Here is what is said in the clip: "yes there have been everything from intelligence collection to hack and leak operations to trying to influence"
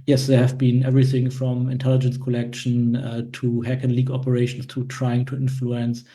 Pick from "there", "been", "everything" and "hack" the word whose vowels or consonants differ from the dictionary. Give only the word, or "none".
none